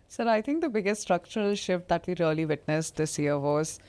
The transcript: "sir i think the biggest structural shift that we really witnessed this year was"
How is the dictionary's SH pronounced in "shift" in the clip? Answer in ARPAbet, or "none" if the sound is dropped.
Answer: SH